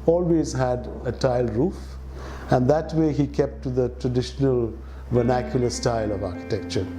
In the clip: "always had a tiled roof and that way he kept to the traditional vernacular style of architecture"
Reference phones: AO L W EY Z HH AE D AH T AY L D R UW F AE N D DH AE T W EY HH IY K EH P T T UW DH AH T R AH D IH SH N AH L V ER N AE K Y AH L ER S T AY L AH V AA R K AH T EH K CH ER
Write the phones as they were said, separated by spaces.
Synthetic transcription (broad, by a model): AO L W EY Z HH AE D AH T AY L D R UW F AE N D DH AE T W EY HH IY K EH P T T UW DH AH T R AH D IH SH N AH L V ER N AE K Y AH L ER S T AY L AH V AA R K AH T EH K CH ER